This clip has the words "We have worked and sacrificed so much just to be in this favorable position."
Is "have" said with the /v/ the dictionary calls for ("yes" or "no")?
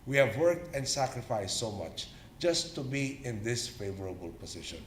yes